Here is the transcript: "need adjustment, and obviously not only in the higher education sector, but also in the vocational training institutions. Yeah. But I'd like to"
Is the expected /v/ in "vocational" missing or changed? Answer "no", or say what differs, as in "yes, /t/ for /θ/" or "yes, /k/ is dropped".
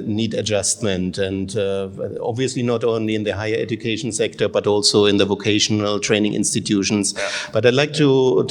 no